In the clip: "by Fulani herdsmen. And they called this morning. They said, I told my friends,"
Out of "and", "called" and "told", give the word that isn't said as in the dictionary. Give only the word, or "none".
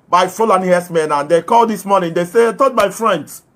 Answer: told